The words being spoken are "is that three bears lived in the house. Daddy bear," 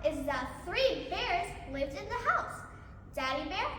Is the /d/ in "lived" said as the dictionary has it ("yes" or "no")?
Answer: yes